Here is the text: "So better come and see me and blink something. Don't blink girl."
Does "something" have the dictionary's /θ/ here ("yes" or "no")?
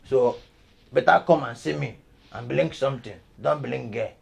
no